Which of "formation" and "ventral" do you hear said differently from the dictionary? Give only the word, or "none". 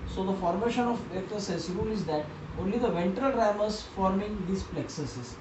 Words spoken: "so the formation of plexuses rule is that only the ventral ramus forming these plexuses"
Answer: none